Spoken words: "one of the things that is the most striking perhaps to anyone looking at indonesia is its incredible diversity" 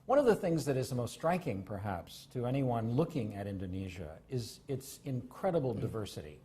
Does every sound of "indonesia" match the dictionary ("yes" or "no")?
yes